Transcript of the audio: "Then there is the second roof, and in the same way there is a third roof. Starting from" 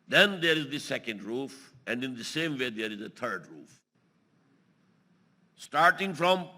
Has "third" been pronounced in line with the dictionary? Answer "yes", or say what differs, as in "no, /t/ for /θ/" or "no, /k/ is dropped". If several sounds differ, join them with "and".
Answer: no, /t/ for /θ/